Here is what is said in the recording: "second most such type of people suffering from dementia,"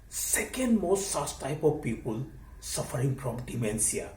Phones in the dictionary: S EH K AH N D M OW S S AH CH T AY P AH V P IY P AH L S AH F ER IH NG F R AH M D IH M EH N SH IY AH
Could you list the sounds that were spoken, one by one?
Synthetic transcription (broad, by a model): S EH K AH N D M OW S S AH S T AY P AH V P IY P AH L S AH F ER IH NG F R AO M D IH M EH N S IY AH